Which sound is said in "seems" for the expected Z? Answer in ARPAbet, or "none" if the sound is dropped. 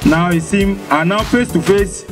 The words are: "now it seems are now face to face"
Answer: none